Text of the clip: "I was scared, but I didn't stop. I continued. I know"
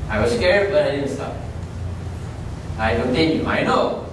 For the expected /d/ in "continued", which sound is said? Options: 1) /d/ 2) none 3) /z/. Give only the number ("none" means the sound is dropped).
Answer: 2